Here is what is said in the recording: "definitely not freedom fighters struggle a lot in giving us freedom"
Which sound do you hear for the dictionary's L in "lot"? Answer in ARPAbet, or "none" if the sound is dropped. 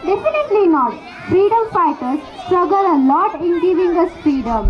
N